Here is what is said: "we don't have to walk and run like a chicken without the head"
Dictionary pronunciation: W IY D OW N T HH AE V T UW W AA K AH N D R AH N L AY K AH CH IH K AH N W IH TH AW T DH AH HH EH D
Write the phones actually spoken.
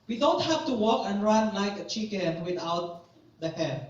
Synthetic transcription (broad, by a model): W IY D OW N T HH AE F T UW W AA K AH N R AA N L AY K AH CH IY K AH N W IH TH AW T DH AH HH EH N